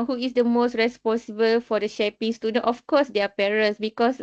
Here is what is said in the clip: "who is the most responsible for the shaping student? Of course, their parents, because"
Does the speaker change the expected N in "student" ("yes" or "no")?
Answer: yes